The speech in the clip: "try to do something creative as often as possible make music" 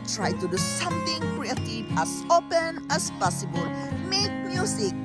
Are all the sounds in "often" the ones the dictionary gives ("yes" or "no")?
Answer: no